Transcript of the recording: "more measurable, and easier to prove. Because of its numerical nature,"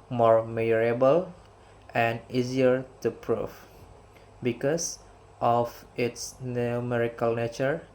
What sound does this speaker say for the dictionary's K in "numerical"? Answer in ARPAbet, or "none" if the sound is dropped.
K